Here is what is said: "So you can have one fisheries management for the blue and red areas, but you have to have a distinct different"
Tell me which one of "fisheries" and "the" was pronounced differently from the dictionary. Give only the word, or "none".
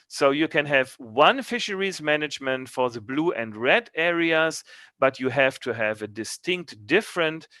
none